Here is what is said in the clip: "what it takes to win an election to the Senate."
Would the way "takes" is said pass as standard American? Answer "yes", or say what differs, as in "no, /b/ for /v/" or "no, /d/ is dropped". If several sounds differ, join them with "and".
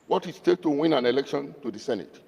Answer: no, /s/ is dropped